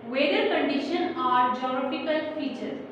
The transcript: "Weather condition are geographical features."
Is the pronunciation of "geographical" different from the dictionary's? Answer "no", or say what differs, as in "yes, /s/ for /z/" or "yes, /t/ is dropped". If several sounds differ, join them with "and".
yes, /p/ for /f/